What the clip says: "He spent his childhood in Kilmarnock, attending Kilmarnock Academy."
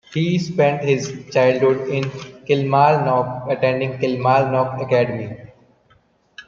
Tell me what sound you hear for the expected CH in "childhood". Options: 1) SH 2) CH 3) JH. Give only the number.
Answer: 2